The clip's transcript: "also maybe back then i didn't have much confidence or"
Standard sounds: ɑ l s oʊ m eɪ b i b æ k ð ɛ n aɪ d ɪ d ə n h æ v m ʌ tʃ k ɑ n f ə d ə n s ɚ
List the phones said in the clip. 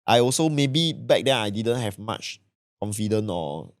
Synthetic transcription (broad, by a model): ɑ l s oʊ m eɪ b i b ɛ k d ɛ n aɪ d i d ə n h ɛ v m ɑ tʃ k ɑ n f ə d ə n ɔ